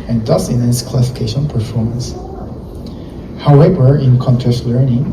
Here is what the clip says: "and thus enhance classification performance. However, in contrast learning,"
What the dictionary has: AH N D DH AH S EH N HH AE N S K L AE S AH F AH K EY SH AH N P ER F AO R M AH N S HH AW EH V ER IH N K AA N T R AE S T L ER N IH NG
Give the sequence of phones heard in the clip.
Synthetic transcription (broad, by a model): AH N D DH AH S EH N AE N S K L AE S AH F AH K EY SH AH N P ER F AO R M AH N S HH AW EH V ER IH N K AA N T AE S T L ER N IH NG